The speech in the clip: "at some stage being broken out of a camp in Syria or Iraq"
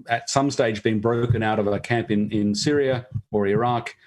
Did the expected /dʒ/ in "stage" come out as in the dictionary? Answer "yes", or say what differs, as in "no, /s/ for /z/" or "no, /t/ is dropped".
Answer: yes